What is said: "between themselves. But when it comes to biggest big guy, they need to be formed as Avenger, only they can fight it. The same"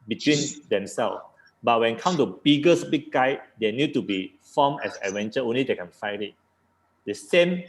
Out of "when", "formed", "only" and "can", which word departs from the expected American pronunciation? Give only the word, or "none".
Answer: formed